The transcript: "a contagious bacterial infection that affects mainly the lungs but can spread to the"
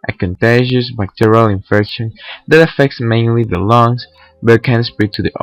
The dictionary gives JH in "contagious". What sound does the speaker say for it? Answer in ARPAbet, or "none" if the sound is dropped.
ZH